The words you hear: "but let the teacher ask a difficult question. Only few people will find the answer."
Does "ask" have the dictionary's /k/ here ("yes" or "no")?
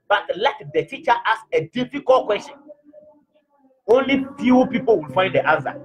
no